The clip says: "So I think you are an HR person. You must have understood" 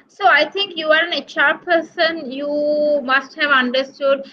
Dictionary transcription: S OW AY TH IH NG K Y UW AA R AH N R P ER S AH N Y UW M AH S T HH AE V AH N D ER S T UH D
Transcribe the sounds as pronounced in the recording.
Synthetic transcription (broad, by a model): S OW AY T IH NG K Y UW AA R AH N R P ER S AH N Y UW M AH S T HH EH V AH N D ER S T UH D